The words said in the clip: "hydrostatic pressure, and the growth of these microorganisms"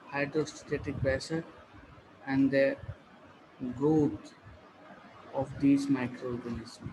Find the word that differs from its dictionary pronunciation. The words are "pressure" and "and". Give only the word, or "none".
pressure